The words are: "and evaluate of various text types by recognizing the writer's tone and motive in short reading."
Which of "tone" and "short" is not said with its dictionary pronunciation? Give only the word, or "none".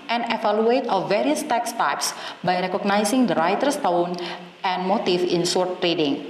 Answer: short